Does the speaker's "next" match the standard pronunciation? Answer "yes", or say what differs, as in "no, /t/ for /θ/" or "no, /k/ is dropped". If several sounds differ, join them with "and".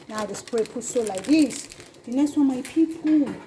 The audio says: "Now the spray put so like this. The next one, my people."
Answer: no, /k/ is dropped